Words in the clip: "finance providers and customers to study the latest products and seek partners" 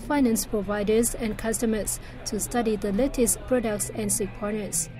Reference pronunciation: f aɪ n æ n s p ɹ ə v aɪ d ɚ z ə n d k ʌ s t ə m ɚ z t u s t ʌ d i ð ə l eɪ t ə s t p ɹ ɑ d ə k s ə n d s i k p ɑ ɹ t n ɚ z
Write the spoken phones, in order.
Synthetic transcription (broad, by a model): f aɪ n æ n s p ɹ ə v aɪ d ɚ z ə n k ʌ s t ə m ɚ s t u s t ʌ d i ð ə l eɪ t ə s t p ɹ ɑ d ə k s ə n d s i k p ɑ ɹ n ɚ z